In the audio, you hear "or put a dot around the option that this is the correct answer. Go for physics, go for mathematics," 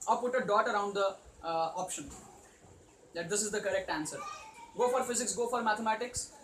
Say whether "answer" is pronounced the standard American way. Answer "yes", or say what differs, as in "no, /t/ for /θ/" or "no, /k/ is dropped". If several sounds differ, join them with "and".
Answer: yes